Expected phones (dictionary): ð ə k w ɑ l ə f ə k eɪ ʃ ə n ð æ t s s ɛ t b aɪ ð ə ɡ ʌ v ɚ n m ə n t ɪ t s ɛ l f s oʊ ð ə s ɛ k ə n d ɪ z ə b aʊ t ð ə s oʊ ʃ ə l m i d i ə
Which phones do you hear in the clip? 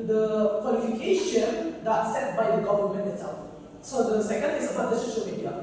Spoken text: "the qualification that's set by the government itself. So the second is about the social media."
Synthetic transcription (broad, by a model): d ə k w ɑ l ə f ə k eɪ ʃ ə n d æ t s s ɛ t b aɪ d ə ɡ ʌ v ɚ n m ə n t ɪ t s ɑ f s oʊ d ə s ɛ k ə n d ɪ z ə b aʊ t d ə ʃ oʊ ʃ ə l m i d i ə